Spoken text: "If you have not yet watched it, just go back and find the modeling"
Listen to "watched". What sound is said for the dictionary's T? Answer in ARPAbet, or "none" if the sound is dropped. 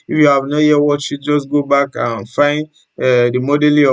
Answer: none